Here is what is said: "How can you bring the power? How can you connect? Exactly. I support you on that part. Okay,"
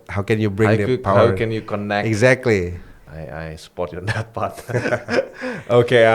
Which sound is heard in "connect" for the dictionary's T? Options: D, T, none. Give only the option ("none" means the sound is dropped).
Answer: none